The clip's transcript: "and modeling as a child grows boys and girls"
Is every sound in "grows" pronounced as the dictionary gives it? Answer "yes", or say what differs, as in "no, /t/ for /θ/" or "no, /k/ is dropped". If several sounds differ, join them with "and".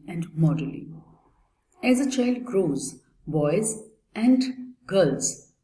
yes